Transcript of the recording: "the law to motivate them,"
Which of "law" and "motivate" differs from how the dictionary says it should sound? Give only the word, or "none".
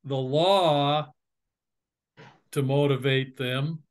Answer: none